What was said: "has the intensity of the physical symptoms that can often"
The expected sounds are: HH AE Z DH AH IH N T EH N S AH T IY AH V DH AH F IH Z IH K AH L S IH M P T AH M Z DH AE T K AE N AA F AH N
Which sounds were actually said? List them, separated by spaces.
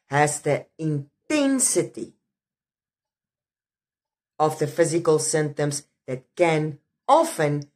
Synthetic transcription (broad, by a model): HH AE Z DH AH IH N T EH N S AH T IY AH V DH AH F IH Z IH K AH L S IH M T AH M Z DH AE T K AE N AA F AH N